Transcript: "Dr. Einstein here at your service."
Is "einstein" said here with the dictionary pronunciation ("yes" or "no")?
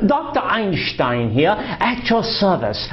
no